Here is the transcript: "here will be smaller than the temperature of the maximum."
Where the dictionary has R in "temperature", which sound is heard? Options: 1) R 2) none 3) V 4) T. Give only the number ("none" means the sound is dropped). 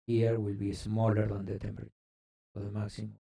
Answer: 2